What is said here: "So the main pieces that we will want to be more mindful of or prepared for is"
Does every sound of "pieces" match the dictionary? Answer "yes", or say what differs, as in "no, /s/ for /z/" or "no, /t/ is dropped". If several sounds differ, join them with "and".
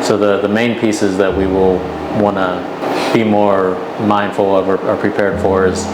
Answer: yes